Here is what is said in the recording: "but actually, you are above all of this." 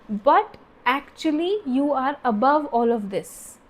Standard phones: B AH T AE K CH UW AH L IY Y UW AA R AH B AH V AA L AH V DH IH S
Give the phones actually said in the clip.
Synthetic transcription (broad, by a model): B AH T AE K CH UW AH L IY Y UW AA R AH B AH V AA L AH V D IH S